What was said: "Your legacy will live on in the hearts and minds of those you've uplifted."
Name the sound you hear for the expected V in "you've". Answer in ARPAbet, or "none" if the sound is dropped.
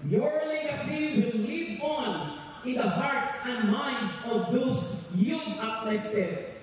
none